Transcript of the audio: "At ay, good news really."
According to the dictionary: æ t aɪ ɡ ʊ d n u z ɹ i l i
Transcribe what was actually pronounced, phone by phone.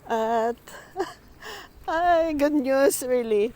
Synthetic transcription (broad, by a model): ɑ t aɪ ɡ ʊ d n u s ɹ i l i